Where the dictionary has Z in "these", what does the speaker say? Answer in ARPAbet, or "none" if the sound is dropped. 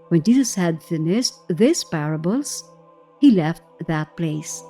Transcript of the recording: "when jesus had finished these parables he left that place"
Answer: S